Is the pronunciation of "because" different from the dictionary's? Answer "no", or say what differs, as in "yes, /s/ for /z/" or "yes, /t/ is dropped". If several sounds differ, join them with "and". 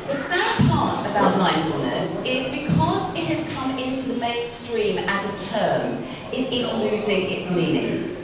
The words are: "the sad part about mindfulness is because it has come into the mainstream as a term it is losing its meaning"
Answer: no